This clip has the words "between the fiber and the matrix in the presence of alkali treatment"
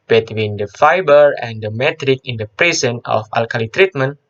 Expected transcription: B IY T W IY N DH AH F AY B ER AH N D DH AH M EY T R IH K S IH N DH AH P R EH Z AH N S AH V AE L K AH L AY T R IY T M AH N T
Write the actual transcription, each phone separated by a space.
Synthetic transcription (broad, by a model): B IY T W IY N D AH F AY B ER AH N D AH M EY T R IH K IH N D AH P R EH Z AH N AH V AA L K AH L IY T R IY T M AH N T